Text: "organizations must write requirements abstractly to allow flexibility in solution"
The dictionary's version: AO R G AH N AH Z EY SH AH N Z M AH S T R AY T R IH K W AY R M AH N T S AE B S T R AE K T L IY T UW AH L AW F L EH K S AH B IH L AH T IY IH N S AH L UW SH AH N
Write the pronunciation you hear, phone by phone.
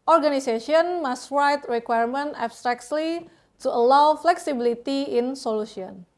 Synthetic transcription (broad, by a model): AO R G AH N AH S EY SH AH N M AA S T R AY T R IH K W AY R M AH N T AE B S T R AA K T L IY T UW AH L AW F L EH K S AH B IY L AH T IY IH N S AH L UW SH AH N